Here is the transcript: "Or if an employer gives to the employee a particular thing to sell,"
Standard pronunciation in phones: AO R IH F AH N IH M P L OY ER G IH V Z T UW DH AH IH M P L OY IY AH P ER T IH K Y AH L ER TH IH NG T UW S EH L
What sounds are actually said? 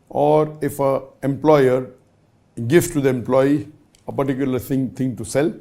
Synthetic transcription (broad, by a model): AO R IH F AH IH M P L OY ER G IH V T UW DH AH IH M P L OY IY AH P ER T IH K Y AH L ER T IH NG T UW S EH L